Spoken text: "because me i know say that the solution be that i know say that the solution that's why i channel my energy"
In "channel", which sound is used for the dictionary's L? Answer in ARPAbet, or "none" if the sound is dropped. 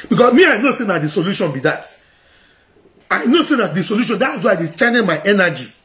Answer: N